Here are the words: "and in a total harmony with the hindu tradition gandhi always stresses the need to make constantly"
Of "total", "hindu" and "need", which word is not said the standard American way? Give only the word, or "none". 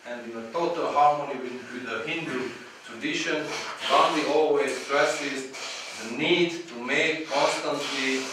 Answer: none